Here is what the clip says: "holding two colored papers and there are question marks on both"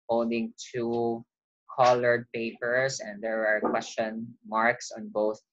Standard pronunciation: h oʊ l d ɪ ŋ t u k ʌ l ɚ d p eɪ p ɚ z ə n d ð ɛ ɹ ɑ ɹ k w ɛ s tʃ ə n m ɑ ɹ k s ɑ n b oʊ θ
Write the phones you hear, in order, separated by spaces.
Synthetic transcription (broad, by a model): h oʊ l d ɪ ŋ t u k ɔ l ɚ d p eɪ p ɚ s ə n d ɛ ɹ ɑ ɹ k w ɛ s tʃ ə n m ɑ ɹ k s ɑ n b oʊ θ